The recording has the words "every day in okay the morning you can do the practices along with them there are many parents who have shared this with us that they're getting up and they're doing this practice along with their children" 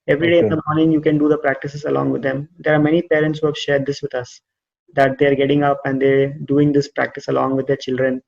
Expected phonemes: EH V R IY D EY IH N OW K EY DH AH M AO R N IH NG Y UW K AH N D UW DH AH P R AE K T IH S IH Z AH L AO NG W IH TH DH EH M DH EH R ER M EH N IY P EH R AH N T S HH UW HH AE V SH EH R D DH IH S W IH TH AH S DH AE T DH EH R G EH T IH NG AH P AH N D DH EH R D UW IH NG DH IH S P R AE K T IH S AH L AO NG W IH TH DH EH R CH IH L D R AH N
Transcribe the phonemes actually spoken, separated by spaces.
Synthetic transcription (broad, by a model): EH V R IY D EY IH N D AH M AO R N IH NG Y UW K AH N D UW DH AH P R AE K T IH S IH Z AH L AO NG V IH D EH M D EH R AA M EH N IY P EH R AH N T S HH UW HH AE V SH EH R D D IH S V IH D AH S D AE T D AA R G EH T IH NG AH P AH N D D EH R D UW IH NG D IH S P R AE K T IH S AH L AO NG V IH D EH R CH IH L D R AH N